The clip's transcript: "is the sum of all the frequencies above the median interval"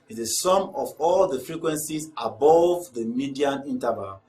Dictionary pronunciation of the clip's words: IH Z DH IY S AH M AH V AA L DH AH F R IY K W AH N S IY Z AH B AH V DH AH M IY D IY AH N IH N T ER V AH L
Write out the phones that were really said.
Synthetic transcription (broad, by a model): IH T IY S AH M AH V AA L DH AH F R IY K W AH N S IY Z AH B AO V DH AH M IY D IY AH N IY N T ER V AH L